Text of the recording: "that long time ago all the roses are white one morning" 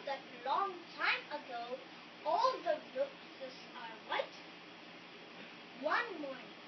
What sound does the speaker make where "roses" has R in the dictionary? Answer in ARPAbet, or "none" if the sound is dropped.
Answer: L